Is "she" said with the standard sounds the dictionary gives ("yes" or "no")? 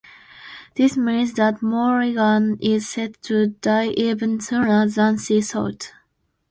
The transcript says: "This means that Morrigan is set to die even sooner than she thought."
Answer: no